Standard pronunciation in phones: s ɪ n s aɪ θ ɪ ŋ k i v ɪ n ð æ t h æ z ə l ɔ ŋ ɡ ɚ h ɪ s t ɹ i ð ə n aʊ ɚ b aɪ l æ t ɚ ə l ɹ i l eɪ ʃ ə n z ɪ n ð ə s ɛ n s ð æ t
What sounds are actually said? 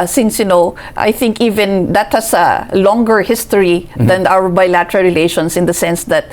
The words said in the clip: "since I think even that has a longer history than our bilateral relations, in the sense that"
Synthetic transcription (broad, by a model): s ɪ n s aɪ θ ɪ ŋ k i v ɪ n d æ t h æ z ə l ɔ ŋ ɡ ɚ h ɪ s t ɹ i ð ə n aʊ ɚ b aɪ l æ t ɚ ə l ɹ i l eɪ ʃ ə n s ɪ n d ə s ɛ n s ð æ t